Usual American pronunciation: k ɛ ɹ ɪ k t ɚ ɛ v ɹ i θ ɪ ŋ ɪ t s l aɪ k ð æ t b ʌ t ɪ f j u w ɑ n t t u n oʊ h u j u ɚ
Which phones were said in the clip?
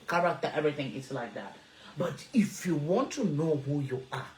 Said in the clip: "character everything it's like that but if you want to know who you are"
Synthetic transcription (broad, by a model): k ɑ ɹ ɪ k t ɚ ɛ v ɹ i θ ɪ ŋ ɪ t s l aɪ k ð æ t b ʌ t ɪ f j u w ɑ n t t u n oʊ h u j u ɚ